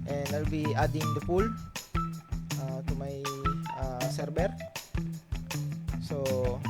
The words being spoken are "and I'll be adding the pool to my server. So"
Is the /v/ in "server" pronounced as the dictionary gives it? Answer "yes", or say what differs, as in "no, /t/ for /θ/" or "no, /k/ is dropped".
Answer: no, /b/ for /v/